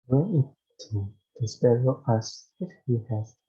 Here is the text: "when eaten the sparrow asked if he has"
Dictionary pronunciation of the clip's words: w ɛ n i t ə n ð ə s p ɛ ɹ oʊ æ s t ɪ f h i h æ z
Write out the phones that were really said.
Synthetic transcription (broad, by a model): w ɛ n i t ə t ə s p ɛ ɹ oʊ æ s ɪ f h i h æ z